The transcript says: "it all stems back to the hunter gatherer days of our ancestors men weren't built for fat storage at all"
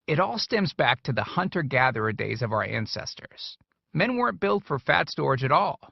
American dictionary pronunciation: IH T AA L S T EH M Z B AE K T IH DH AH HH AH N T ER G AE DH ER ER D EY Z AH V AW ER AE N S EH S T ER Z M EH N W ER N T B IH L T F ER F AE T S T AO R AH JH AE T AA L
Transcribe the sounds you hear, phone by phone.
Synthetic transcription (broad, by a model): IH T AA L S T EH M Z B AE K T IH DH AH HH AH N T ER G AE DH ER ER D EY Z AH V AW ER AE N S EH S T ER Z M EH N W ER N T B IH L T F ER F AE T S T AO R JH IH T AA L